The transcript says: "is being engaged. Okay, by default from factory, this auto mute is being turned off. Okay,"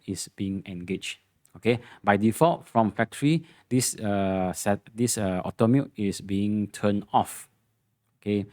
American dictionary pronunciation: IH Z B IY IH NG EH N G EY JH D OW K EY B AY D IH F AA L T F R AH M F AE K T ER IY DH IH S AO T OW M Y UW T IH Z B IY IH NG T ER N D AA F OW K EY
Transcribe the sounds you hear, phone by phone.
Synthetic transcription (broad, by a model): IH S B IY IH NG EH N G EY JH OW K EY B AY D IH F AA L T F R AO M F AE K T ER IY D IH S AO T OW M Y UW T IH S B IY IH NG T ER N AA F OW K EY